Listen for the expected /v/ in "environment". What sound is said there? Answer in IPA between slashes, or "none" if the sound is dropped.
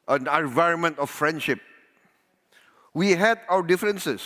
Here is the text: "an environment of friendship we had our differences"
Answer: /v/